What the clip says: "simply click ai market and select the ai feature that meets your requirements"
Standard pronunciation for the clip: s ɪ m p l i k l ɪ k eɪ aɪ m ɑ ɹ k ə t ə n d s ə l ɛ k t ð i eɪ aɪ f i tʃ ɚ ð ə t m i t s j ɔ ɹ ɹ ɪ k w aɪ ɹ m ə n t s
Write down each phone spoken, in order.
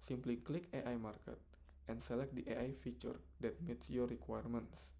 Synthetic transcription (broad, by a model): s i m p l i k l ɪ k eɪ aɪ m ɑ ɹ k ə t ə n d s ə l ɛ k t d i eɪ aɪ f i tʃ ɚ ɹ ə t m i t s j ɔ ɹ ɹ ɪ k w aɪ ɹ m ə n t s